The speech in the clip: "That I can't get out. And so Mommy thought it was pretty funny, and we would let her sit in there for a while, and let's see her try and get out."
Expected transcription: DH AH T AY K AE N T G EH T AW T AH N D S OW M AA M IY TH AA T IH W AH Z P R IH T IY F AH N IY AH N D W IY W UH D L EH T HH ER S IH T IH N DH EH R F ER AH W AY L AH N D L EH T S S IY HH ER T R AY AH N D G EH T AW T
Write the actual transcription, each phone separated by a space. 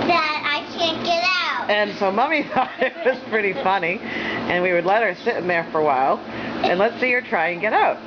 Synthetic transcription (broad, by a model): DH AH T AY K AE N G EH T AW T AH N S OW M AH M IY F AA IH W AH Z P R IH T IY F AH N IY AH N W IY W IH D L EH T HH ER S IH T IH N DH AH R F ER AH W AY L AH N L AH T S S IY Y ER T R AY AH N G EH T AW T